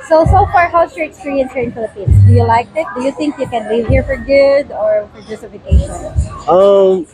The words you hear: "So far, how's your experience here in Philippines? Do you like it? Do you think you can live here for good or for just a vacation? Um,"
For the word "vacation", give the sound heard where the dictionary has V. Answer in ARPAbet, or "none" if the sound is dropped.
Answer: F